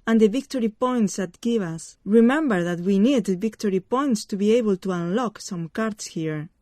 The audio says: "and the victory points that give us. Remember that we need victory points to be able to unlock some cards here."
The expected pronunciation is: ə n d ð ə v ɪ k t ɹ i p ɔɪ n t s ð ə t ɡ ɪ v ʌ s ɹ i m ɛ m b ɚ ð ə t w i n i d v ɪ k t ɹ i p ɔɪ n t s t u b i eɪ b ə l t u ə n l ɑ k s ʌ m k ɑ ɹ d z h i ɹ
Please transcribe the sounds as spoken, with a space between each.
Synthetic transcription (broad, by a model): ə n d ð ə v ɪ k t ɹ i p ɔɪ n t s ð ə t ɡ ɪ v ʌ s ɹ i m ɛ m b ɚ ð ə t w i n i d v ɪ k t ɹ i p ɔɪ n t s t u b i eɪ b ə l t u ə n l ɑ k s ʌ m k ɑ ɹ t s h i ɹ